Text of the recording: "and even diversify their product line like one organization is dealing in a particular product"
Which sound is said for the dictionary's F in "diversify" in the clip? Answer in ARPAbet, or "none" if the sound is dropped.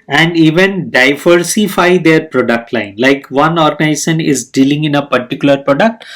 F